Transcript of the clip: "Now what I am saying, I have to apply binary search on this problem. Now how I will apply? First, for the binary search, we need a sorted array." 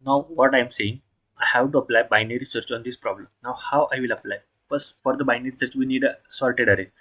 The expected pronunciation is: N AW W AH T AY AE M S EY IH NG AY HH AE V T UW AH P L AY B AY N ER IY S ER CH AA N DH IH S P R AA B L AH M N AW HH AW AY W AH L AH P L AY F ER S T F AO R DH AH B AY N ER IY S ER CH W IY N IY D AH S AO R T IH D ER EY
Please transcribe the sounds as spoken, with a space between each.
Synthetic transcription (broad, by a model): N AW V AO T AY M S EY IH NG AY HH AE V T UW AH P L AY B AY N ER IY S ER CH AA N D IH S P R AA B L AH M N AW HH AW AY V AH L AH P L AY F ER S F AO R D AH B AY N ER IY S ER CH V IY N IY D S AO L T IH D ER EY